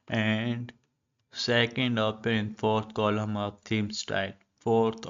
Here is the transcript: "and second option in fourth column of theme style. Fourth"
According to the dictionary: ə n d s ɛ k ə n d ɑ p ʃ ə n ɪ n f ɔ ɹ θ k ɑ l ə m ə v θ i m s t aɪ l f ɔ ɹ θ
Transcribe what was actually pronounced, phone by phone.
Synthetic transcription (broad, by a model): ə n d s ɛ k ə n d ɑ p ə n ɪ n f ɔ ɹ t k ɑ l ə m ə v t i m s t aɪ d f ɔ ɹ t